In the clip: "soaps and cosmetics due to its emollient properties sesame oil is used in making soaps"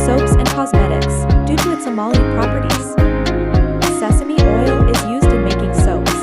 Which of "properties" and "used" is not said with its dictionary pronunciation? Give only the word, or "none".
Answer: none